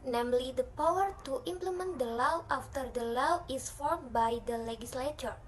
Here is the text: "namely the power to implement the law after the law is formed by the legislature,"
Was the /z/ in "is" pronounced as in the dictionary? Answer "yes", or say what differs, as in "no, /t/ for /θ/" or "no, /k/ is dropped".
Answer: no, /s/ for /z/